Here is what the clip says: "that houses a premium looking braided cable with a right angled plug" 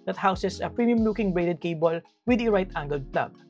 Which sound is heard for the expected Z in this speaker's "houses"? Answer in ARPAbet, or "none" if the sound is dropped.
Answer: S